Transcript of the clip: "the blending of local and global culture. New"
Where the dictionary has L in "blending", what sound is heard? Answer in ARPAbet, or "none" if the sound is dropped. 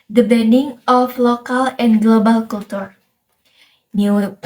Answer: none